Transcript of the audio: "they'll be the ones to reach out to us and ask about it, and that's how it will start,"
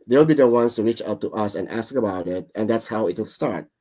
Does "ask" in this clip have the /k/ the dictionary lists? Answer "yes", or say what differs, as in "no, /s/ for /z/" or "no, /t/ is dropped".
yes